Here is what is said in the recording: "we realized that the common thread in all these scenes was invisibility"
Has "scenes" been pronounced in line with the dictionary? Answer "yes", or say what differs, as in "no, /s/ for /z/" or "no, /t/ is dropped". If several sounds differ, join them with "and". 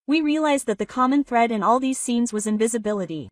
yes